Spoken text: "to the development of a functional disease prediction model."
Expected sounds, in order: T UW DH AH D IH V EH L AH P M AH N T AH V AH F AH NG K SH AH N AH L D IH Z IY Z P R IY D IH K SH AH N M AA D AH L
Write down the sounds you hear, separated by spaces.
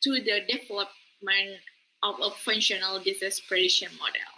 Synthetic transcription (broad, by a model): T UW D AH D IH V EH L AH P M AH N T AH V AH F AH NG SH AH N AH L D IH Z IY S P R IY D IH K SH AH N M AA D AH L